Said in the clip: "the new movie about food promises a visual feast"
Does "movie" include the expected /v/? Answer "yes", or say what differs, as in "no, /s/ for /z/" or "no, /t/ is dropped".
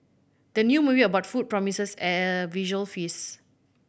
no, /b/ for /v/